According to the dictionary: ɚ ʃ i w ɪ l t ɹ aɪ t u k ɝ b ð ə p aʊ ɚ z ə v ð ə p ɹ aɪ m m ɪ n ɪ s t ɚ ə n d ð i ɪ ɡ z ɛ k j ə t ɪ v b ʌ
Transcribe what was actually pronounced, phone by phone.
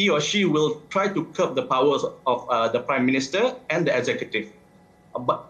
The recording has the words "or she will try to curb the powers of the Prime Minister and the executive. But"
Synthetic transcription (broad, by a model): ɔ ʃ i w ɪ l t ɹ aɪ t u k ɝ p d ə p aʊ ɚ ə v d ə p ɹ aɪ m m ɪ n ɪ s t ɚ ə n d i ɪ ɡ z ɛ k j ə t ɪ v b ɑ